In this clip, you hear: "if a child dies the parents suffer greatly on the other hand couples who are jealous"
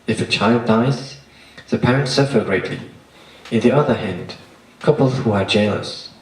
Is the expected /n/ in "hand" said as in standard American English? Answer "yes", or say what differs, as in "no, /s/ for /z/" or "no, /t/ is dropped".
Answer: yes